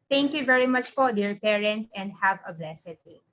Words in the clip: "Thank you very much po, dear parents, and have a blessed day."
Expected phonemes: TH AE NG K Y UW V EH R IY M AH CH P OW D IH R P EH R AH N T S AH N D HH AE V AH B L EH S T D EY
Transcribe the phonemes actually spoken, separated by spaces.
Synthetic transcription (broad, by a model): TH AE NG K Y UW V EH R IY M AH CH F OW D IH R P EH R AH N T S AH N D HH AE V AH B L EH S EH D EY